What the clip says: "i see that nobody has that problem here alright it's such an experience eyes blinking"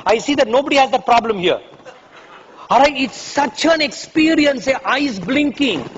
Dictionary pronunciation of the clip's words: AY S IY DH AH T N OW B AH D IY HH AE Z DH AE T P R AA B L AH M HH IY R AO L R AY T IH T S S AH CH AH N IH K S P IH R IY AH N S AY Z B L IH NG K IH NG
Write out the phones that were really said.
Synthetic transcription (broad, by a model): AY S IY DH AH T N OW B AH D IY HH AE Z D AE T P R AA B L AH M HH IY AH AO R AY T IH T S S AH CH AH N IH K S P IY R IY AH N S AY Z B L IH NG K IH NG